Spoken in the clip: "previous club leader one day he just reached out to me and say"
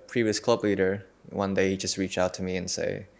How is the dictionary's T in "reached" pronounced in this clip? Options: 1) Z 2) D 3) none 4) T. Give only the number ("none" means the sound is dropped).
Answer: 3